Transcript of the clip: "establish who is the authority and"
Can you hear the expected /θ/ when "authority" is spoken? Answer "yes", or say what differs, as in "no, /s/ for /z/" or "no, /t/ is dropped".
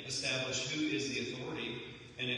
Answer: yes